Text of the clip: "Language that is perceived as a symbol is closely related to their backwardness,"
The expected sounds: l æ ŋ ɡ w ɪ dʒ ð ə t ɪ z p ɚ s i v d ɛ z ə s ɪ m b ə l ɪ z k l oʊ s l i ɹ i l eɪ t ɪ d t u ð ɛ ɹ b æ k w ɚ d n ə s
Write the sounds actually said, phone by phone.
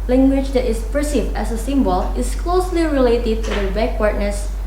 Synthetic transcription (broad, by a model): l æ ŋ ɡ w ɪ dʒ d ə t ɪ s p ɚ s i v ɛ s ə s ɪ m b ə l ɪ s k l oʊ s l i ɹ i l eɪ t ɪ d t u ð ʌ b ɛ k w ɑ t n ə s